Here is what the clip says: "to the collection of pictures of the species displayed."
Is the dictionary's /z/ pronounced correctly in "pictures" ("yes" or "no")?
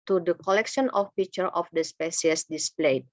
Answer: no